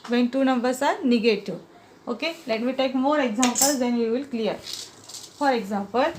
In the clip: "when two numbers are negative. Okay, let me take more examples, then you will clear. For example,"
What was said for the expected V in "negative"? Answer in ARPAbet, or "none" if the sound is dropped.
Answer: none